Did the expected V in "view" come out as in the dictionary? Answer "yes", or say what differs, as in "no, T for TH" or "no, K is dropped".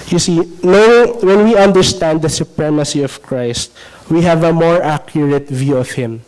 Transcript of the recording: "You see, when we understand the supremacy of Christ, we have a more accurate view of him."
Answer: yes